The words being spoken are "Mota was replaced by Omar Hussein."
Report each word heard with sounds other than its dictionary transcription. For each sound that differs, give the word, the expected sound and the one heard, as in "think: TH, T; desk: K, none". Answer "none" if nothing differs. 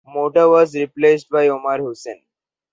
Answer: none